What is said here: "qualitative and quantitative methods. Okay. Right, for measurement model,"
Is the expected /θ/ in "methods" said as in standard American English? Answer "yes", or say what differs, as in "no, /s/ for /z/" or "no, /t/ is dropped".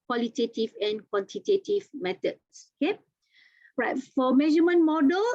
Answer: no, /t/ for /θ/